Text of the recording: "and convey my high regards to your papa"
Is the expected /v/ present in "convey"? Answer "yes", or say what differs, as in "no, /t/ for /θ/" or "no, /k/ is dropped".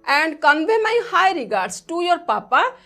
no, /b/ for /v/